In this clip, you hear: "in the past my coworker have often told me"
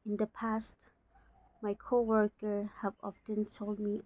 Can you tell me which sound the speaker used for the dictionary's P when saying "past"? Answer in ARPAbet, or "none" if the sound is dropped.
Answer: P